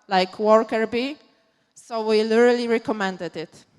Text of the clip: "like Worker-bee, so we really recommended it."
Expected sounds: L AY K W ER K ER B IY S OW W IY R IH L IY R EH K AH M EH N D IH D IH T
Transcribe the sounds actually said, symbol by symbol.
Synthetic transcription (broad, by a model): L AY K W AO K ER B IY S OW W IY L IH L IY R EH K AH M EH N D IH D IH T